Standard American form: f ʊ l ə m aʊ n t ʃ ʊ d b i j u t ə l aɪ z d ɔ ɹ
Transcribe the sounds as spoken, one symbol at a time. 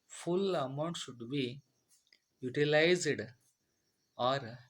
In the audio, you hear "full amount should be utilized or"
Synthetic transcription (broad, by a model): f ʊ l ə m aʊ n t ʃ ʊ d b i j u t ə l aɪ z d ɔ ɹ